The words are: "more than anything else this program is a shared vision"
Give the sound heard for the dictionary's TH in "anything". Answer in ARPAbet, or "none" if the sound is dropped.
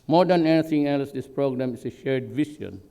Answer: T